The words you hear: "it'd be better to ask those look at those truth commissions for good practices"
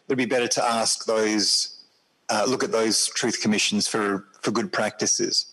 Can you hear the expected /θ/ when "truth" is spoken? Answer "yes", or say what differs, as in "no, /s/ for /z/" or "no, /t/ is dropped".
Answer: yes